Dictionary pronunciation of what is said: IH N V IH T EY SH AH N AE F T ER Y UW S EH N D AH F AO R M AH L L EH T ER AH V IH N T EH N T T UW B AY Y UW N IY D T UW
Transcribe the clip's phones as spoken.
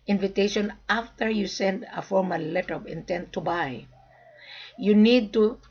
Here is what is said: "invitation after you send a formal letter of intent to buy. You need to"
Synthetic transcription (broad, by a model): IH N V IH T EY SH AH N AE F T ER Y UW S EH N D AH F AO R M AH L L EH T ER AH P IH N T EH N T T UW B AY Y UW N IY D T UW